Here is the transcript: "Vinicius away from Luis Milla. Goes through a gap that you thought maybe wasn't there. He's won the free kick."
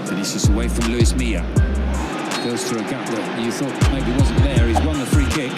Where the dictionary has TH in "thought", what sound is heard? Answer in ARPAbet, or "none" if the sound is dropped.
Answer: TH